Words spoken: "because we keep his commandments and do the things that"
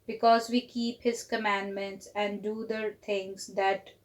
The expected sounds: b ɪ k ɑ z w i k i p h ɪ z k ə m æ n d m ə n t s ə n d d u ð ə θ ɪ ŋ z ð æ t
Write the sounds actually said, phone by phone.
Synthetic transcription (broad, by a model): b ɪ k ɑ z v i k i p h ɪ z k ə m æ n d m ə n t s ə n d d u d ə t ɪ ŋ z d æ t